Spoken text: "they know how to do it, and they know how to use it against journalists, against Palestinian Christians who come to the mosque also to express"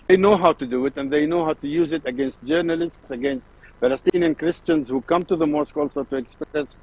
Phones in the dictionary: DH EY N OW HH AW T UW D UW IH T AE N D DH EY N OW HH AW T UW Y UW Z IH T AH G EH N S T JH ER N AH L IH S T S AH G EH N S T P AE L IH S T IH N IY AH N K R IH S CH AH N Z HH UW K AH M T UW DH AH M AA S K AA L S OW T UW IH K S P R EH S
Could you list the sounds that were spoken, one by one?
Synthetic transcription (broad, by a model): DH EY N OW HH AW T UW D UW IH T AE N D DH EY N OW HH AW T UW Y UW Z IH T AH G EH N S T JH ER N AH L IH S T S AH G EH N S T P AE L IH S T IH N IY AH N K R IH S CH AH N Z HH UW K AH M T UW DH AH M AA S K AA L S OW T UW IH K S P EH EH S